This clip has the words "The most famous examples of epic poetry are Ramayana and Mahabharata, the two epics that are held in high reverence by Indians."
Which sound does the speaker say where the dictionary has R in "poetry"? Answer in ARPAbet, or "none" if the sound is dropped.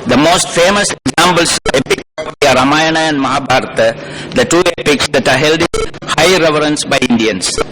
none